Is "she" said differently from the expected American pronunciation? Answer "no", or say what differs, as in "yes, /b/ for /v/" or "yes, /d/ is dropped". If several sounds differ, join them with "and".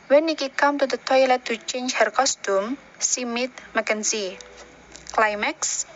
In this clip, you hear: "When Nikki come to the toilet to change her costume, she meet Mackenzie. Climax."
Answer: yes, /s/ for /ʃ/